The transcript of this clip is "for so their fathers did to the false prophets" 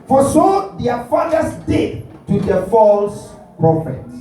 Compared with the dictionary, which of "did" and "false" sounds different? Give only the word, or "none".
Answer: none